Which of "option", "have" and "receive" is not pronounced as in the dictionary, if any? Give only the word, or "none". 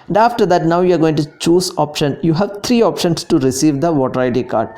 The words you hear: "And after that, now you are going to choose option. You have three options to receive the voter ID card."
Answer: none